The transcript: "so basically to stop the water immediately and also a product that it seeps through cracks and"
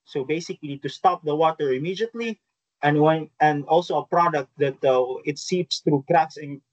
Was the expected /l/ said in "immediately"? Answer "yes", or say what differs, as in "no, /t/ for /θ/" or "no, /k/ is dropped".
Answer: no, /w/ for /l/